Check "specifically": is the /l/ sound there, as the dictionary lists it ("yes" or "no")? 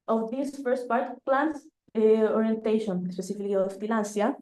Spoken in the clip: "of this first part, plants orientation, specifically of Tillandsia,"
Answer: no